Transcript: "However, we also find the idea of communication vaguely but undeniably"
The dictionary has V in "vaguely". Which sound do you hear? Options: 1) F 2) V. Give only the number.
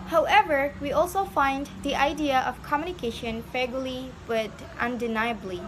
1